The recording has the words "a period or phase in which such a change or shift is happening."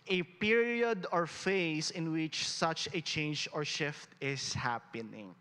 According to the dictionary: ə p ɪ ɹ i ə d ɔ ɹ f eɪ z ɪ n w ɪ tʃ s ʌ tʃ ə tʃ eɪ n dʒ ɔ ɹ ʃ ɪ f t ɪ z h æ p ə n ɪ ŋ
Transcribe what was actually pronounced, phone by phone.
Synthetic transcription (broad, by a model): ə p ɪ ɹ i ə d ɔ ɹ f eɪ s ɪ n w ɪ tʃ s ʌ tʃ ə tʃ eɪ n dʒ ɔ ɹ ʃ ɪ f t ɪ s h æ p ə n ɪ ŋ